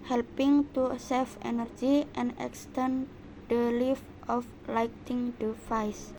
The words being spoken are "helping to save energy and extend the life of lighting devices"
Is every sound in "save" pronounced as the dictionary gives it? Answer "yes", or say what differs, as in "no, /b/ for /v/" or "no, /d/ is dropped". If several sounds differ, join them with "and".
no, /f/ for /v/